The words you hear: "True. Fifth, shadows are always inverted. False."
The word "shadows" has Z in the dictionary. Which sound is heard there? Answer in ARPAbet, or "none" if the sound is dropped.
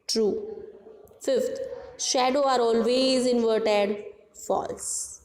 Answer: none